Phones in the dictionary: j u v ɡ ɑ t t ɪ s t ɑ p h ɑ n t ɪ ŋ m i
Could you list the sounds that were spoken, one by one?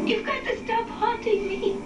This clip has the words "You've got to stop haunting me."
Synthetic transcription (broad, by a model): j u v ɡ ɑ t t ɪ s t ɑ p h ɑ t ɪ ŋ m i